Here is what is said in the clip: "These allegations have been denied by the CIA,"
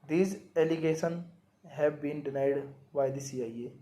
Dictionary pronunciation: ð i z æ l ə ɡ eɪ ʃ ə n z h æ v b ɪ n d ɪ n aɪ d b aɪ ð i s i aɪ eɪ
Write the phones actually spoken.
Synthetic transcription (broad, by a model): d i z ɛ l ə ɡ eɪ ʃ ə n h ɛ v b ɪ n d ɪ n aɪ d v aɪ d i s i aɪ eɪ